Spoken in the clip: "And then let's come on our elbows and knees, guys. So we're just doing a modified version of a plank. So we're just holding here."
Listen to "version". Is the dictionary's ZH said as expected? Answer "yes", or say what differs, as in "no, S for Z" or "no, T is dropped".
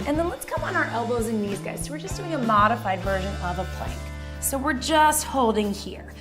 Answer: yes